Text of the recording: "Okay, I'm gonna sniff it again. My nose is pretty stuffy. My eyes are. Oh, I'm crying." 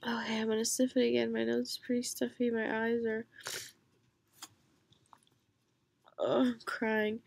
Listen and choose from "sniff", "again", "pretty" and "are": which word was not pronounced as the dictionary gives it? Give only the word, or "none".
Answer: sniff